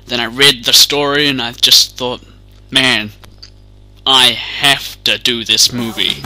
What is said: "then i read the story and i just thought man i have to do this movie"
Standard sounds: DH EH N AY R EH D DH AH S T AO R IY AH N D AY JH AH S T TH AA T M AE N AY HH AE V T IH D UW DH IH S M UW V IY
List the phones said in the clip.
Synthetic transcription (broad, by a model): DH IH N AY R EH D DH AH S T AO R IY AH N AY JH AH S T TH AA T M AE N AY HH AE F T IH D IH DH IH S M UW V IY